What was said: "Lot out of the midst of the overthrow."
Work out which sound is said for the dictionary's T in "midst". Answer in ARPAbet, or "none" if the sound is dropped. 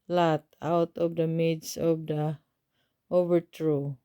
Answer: none